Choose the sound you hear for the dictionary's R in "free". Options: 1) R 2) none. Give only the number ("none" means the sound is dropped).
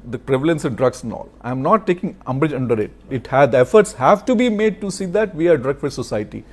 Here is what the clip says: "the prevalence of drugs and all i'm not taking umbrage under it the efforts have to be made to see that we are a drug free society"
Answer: 2